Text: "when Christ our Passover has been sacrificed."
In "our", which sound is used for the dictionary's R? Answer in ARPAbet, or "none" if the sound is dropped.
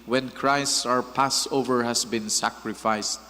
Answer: R